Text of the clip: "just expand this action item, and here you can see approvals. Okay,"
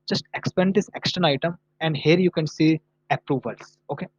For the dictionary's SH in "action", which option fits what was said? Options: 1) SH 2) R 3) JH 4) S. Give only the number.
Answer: 4